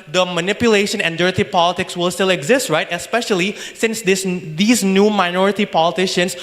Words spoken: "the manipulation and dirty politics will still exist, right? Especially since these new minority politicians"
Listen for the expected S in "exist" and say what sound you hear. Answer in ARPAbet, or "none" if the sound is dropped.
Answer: S